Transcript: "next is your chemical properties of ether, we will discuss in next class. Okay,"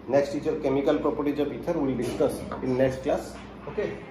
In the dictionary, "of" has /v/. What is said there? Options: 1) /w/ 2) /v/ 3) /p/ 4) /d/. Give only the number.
3